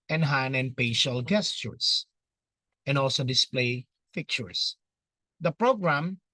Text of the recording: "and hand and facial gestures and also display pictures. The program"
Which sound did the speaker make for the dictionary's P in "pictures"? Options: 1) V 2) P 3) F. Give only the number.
3